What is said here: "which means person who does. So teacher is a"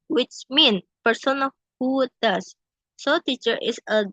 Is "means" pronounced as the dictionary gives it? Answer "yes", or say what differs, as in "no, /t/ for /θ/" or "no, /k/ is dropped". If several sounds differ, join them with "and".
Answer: no, /z/ is dropped